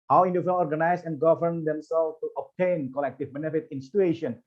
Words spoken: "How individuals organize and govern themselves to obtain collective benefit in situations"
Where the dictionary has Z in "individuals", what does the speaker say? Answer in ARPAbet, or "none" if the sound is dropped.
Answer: none